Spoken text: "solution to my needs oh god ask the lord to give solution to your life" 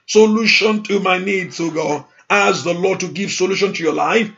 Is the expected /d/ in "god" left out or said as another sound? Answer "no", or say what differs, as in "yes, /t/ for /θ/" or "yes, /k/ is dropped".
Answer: yes, /d/ is dropped